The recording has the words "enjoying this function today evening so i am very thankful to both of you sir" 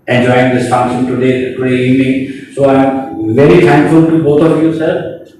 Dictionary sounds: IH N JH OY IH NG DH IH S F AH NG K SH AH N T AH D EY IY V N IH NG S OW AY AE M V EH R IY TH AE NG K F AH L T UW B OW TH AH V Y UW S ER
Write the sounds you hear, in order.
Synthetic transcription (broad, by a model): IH N JH OY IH NG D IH S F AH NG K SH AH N T AH D EY IY V N IH NG S OW AY M V EH R IY T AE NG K F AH L T UW B OW T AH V Y UW S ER